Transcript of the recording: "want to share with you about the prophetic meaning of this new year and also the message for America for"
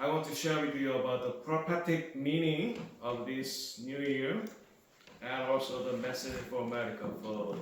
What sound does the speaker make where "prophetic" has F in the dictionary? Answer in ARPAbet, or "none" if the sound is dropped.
P